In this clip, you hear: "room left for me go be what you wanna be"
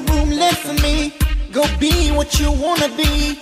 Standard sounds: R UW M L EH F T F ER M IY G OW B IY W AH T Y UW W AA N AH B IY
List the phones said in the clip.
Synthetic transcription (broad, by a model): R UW M L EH T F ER M IY G OW B IY W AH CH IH W AA N AH B IY